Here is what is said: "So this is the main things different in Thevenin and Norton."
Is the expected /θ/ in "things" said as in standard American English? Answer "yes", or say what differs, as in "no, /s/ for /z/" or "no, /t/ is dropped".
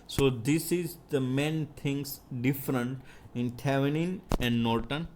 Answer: no, /t/ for /θ/